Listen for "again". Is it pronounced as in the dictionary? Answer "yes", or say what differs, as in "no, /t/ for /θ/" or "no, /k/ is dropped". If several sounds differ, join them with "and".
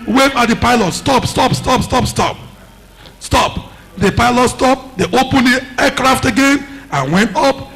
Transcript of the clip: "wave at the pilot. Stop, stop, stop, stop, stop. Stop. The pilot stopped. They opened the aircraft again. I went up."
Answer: yes